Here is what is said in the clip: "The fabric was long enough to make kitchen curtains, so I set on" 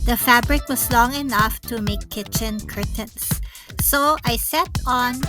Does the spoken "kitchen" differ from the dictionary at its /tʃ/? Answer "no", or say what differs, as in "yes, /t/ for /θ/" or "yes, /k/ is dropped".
no